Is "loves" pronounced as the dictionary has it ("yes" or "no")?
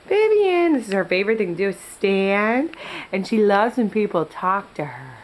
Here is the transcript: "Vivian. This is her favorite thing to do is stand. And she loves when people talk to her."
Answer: yes